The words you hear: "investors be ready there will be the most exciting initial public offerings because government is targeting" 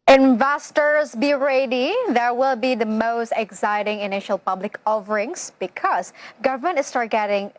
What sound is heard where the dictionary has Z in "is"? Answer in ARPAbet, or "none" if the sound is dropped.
S